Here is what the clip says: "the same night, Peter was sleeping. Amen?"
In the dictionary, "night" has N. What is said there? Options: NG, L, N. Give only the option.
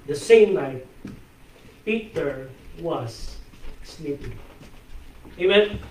L